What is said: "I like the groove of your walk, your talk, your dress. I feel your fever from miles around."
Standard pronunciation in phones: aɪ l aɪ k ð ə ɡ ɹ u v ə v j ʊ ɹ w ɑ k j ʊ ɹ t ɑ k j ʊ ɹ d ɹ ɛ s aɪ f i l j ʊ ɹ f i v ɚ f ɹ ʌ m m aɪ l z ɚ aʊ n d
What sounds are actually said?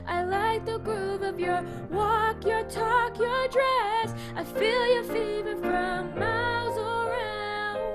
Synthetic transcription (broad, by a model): aɪ l aɪ k ð ə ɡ ɹ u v ə v j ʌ ɹ w ɑ k j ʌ ɹ t ɑ k j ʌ ɹ d ɹ ɛ s aɪ f i l j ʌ ɹ f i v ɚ f ɹ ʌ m m aɪ l z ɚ aʊ n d